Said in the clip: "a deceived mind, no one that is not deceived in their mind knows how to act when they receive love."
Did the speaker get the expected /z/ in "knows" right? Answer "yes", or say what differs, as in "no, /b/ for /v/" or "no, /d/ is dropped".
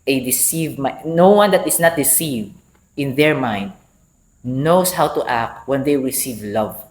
no, /s/ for /z/